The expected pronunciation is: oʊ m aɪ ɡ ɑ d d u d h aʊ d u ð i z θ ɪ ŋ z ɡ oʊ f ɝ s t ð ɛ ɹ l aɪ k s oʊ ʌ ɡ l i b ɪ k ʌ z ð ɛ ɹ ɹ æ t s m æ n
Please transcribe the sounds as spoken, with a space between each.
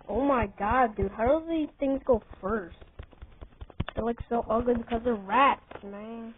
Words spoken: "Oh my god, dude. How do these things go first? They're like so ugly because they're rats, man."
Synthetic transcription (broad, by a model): oʊ m aɪ ɡ ɑ d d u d h aʊ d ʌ ð i z θ ɪ ŋ z ɡ oʊ f ɝ s t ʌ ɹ l aɪ k s oʊ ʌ ɡ i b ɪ k ʌ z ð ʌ ɹ ɹ æ t s m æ n